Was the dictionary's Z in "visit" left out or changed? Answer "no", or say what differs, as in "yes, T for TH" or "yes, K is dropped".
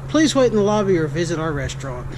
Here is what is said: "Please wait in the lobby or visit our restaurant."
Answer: no